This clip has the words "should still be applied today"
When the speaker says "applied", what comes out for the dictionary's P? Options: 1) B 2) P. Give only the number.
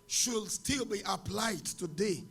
2